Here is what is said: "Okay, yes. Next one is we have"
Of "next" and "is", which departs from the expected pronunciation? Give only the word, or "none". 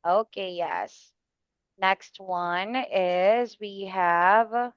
none